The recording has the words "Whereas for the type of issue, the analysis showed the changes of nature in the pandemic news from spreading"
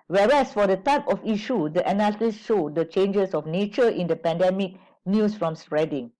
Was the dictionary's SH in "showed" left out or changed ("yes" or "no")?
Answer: no